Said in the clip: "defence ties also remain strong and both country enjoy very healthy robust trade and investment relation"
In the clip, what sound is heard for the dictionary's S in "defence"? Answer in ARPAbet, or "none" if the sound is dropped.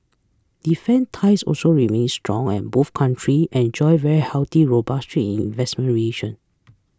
none